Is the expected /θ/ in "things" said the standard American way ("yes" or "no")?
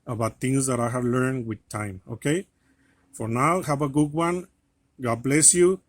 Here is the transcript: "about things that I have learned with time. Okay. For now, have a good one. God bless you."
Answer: no